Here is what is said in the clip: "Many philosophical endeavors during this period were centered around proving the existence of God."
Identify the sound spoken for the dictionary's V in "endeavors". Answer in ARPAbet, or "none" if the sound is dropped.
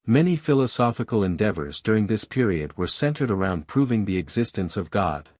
V